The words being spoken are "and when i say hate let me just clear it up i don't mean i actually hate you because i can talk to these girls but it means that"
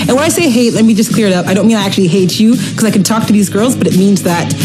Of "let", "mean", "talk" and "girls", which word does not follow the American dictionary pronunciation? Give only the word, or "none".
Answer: none